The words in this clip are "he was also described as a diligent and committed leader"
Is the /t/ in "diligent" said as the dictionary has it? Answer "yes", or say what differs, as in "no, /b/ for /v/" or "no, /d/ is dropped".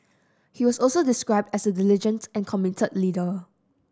yes